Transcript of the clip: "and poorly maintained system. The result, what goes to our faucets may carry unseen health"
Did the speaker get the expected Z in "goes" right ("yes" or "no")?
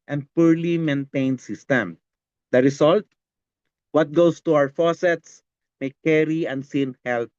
no